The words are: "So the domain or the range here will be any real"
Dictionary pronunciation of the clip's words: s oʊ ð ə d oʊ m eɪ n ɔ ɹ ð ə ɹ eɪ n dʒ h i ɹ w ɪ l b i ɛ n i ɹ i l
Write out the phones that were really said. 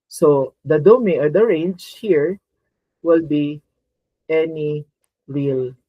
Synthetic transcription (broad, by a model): s oʊ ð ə d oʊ m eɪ ɔ ɹ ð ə ɹ eɪ n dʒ h i ɹ w ɪ l b i ɛ n i ɹ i l